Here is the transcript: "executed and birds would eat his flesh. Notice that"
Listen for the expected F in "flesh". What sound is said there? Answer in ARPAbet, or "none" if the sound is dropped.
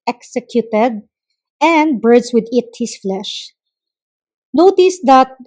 F